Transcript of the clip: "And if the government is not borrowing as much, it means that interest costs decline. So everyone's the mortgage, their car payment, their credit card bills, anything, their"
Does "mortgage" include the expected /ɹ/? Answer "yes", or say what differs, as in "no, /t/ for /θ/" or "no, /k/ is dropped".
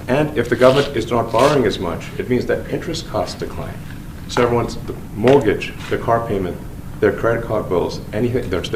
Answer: no, /l/ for /ɹ/